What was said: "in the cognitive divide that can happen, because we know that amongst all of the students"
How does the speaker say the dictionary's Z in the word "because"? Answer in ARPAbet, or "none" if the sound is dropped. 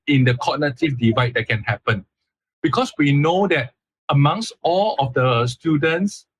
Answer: S